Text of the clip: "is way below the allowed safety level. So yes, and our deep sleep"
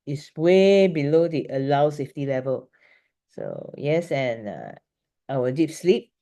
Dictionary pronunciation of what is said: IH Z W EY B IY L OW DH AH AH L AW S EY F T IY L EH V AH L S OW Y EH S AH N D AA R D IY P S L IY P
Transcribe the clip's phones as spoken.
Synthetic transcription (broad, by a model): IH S W EY B IY L OW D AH AH L AW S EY F T IY L EH V AH L S OW Y EH S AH N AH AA W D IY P S L IY P